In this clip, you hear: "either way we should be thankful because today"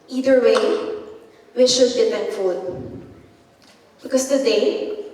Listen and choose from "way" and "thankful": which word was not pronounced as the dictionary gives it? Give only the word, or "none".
thankful